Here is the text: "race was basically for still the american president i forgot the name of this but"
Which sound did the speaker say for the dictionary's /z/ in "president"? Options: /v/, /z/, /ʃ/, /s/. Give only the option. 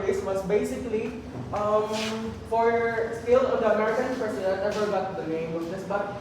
/s/